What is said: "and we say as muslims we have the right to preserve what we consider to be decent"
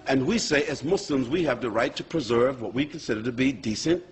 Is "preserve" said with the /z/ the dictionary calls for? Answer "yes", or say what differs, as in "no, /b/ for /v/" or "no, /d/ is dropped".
yes